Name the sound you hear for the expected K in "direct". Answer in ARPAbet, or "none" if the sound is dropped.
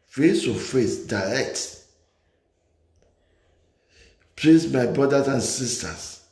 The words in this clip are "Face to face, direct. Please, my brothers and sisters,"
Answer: K